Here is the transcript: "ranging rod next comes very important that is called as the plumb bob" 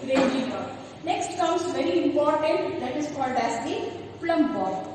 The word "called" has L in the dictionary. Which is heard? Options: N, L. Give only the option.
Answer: L